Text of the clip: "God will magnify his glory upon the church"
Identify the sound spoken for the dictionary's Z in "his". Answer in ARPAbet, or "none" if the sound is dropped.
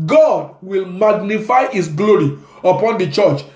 S